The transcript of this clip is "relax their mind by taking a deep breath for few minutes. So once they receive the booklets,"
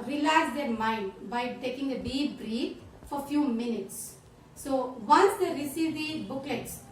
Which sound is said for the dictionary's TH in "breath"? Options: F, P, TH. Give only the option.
F